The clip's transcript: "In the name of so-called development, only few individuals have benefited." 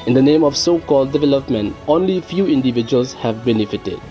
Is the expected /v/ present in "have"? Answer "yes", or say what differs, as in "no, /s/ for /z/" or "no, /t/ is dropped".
yes